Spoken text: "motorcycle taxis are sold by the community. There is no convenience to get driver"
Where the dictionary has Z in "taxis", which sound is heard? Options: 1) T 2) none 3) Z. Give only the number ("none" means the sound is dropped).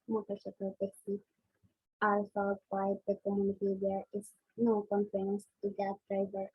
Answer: 2